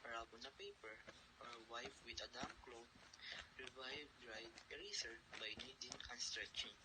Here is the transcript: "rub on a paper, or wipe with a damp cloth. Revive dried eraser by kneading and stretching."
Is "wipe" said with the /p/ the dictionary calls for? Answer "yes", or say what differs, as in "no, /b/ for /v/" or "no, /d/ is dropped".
no, /f/ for /p/